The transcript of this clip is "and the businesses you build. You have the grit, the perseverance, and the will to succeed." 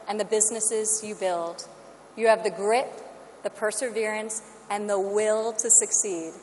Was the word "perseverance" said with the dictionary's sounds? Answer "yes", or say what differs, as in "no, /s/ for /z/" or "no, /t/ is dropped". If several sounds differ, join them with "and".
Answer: yes